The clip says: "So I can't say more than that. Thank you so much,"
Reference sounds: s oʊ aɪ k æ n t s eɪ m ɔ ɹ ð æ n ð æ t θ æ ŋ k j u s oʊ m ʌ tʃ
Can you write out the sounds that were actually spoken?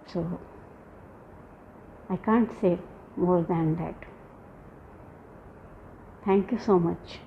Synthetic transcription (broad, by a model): s oʊ aɪ k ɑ n t s eɪ m ɔ ɹ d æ n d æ t t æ ŋ k j u s oʊ m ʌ tʃ